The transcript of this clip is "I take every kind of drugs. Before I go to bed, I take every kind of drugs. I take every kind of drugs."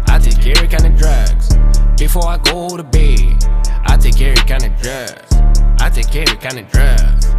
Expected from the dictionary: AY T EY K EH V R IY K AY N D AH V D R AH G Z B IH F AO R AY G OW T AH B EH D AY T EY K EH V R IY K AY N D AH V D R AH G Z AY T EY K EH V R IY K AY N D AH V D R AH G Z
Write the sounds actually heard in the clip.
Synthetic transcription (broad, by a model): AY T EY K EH R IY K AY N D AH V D R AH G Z B IH F AO R AY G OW T AH B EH AY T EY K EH R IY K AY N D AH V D R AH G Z AY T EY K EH R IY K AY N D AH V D R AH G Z